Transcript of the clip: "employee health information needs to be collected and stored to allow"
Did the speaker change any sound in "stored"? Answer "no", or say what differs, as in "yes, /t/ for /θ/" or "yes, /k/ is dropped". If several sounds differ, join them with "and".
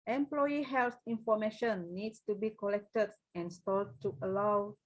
yes, /l/ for /ɹ/